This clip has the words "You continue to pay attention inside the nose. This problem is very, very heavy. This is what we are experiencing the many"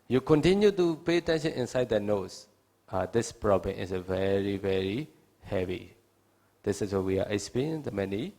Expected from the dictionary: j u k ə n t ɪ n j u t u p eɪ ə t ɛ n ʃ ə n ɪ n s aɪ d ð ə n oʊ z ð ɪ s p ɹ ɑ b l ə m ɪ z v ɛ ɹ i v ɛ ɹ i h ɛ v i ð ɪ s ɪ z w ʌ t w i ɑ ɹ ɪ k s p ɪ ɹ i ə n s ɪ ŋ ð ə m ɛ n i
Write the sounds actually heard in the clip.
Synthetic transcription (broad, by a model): j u k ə n t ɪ n j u t u p eɪ ə t ɛ n ʃ ə n ɪ n s aɪ d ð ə n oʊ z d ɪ s p ɹ ɑ b l ə m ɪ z v ɛ ɹ i v ɛ ɹ i h ɛ v i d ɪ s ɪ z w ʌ w i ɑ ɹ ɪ s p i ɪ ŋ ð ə m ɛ n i